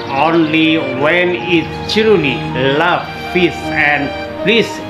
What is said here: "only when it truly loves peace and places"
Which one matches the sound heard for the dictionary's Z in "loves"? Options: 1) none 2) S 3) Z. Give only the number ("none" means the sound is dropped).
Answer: 1